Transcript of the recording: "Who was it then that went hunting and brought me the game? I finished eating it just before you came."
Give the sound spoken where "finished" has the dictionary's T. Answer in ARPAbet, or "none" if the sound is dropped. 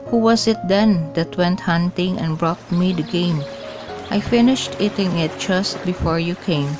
T